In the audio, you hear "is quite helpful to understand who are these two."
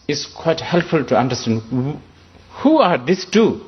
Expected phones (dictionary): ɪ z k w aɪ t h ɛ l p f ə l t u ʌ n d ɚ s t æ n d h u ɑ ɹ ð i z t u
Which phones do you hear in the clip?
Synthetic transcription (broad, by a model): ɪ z k w aɪ t h ɛ l p f ə l t u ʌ n d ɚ s t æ n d h u ɑ ɹ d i s t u